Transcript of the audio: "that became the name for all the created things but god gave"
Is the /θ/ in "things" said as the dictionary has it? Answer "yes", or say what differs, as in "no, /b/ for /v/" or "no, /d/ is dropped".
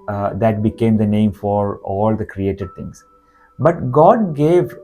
no, /t/ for /θ/